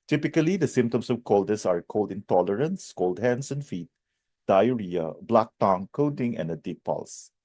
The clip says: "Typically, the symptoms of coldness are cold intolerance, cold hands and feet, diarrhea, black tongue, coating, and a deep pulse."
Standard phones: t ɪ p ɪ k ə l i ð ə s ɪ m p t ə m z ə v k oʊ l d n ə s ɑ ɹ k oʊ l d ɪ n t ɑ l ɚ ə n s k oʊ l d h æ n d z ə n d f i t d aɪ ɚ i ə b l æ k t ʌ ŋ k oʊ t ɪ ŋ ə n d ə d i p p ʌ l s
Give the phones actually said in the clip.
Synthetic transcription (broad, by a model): t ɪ p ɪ k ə l i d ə s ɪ m p t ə m s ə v k oʊ l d ə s ɑ ɹ k oʊ l d ɪ n t ɑ l ɚ ə n s k oʊ l d h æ n d s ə n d f i t d aɪ ɚ i ə b l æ k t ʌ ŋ k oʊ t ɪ ŋ ə n d ə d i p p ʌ l s